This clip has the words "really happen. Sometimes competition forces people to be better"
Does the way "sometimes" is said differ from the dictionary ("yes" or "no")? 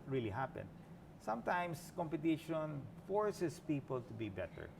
yes